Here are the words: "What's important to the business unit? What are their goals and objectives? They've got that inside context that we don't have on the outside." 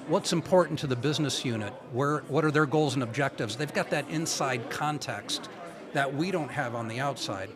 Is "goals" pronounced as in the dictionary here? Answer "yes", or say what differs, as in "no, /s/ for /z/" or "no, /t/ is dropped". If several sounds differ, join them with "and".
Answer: yes